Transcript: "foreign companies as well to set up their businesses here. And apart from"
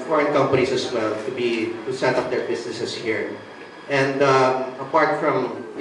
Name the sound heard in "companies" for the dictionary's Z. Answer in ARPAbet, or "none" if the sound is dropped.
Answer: S